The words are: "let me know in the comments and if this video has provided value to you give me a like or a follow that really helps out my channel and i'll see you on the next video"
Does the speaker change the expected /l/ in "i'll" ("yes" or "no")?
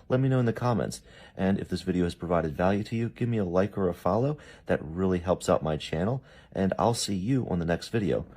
no